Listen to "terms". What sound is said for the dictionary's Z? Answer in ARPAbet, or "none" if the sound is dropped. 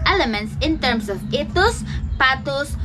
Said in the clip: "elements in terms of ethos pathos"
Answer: S